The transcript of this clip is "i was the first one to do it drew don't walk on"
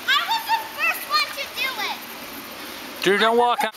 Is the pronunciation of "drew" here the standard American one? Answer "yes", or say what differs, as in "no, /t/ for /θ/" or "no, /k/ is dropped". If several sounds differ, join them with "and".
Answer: no, /ɹ/ is dropped